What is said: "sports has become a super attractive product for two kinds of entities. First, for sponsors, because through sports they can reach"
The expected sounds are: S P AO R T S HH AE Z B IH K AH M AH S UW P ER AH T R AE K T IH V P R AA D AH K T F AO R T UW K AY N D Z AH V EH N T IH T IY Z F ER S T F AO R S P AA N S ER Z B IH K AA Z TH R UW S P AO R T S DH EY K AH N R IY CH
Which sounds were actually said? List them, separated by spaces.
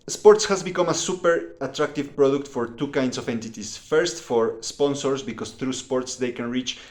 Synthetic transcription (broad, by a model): S P AO R T S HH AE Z B IH K AH M AH S UW P ER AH T R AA K T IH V P R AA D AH K T F AO R T UW K AY N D S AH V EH N T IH T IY S F ER S T F AO R S P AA N S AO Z B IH K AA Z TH R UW S P AO R T S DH EY K AH N R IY CH